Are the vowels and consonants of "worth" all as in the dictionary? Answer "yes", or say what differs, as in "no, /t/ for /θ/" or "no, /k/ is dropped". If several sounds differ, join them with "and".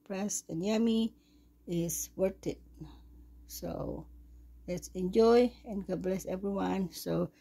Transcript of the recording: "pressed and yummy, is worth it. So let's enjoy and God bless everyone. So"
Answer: no, /t/ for /θ/